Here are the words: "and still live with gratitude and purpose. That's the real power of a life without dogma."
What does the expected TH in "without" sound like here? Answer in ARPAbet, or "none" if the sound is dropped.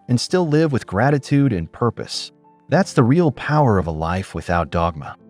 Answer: TH